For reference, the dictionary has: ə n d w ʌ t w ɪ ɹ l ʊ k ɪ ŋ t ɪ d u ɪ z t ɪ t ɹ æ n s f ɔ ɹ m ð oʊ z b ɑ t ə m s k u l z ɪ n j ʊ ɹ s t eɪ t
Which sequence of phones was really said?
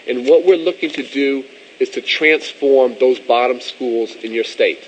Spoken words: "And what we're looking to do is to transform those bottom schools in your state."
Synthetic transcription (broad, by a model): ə n w ʌ t w ɪ ɹ l ʊ k ɪ ŋ t ɪ d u ɪ z t ɪ t ɹ æ n s f ɔ ɹ m ð oʊ z b ɑ t ə m s k u l z ɪ n j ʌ ɹ s t eɪ t